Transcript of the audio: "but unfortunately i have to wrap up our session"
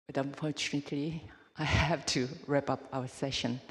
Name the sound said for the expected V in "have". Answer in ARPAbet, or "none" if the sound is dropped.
F